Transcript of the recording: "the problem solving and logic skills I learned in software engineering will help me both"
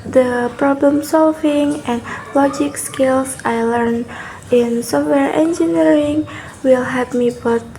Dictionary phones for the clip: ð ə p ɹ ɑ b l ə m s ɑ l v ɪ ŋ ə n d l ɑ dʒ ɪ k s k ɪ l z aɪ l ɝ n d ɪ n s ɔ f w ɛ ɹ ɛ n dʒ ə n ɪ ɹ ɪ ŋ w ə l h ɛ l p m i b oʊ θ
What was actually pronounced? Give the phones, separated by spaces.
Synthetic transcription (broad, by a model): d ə p ɹ ɑ b l ə m s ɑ l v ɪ ŋ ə n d l ɑ dʒ ɪ k s k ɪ l s aɪ l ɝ n ɪ n s ɔ f w ɛ ɹ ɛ n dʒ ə n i ɹ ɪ ŋ w ə l h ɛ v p m i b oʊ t